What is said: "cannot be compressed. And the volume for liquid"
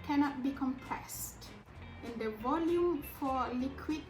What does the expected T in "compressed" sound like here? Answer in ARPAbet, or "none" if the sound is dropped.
T